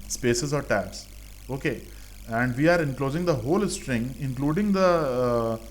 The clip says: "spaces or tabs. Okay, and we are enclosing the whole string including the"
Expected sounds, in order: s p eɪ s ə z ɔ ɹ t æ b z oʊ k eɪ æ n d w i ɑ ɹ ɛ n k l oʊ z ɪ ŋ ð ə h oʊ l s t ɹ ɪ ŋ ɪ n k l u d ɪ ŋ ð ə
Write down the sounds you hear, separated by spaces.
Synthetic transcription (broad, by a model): s p eɪ s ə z ɔ ɹ t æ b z oʊ k eɪ æ n d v i ɑ ɹ ɛ n k l oʊ z ɪ ŋ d ə h oʊ l s t ɹ ɪ ŋ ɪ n k l u d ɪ ŋ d ə